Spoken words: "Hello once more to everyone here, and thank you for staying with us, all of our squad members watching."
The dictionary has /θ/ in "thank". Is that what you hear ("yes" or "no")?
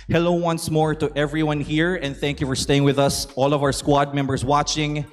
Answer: yes